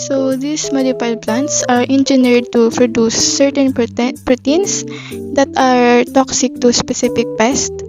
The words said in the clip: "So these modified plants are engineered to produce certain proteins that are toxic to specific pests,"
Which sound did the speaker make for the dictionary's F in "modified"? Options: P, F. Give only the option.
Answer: P